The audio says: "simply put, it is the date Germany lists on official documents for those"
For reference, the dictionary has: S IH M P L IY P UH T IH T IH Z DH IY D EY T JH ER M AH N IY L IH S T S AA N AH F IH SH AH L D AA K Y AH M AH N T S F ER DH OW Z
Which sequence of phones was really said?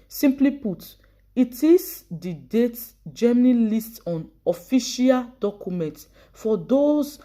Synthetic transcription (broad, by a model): S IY M P L IY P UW T IH T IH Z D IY D EY T JH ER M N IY L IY S T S AA N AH F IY SH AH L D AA K Y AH M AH N T F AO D OW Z